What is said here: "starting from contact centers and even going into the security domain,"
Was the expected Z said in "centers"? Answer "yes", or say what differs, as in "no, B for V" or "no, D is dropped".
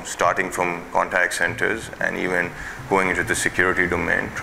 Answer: yes